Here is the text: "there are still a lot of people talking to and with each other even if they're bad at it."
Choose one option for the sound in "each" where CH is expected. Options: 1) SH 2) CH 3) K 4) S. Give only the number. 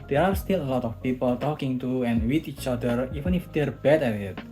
2